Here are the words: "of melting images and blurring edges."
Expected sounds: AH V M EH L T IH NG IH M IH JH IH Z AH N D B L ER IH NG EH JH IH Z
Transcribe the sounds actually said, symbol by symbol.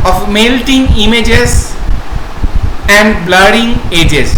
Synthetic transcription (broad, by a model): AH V M EH L T IH NG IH M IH JH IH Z AH N D B L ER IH NG EH JH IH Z